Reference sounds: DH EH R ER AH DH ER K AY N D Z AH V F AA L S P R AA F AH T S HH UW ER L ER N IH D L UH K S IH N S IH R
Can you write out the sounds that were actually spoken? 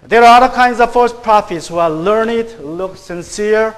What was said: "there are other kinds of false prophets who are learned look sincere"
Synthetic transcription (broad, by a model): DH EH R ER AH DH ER K AY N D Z AH V F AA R S P R AA F AH T S HH UW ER L ER N IH D L UH K S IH N S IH R